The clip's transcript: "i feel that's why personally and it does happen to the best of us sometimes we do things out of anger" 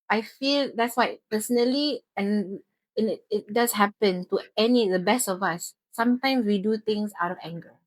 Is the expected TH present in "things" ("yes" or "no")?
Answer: no